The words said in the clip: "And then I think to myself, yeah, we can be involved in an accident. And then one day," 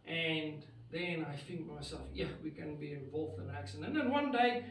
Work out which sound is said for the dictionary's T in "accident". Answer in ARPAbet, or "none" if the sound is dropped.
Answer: none